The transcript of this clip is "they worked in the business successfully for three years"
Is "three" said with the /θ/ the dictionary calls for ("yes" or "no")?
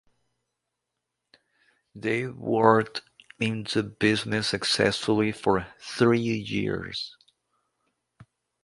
yes